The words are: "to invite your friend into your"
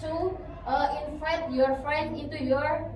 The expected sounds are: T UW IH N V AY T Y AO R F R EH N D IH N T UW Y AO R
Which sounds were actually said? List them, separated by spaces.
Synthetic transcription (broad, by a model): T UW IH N F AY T Y AO R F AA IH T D IH N T UW Y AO R